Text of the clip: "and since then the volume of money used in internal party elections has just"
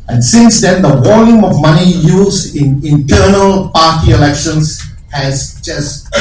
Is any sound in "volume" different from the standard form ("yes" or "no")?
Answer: yes